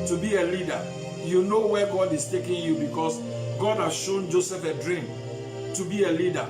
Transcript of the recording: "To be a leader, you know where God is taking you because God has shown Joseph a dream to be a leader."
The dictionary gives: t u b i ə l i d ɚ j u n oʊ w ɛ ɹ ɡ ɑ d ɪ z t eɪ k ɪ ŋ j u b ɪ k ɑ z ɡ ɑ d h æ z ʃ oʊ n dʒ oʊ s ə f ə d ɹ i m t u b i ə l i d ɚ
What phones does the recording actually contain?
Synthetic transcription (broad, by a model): t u b i ə l i d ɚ j u n oʊ w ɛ ɡ ɑ d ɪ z t eɪ k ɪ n j u b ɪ k ɑ s ɡ ɑ d h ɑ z ʃ oʊ n dʒ oʊ s ə f ə d ɹ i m t u b i ə l i d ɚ